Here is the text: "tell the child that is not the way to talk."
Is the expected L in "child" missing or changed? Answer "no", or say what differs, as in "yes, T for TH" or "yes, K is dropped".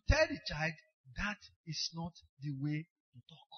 no